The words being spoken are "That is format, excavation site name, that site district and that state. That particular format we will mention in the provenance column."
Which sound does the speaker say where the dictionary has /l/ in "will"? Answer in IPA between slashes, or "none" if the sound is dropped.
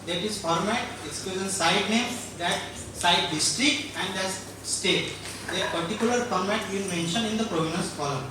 /n/